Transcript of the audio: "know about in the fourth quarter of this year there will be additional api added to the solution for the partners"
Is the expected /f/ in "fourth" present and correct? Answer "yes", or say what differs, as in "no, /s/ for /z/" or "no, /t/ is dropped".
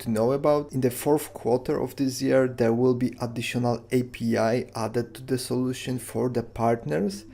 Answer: yes